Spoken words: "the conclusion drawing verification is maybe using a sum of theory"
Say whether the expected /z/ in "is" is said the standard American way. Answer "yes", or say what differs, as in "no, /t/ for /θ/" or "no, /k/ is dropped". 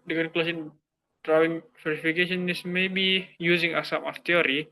no, /s/ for /z/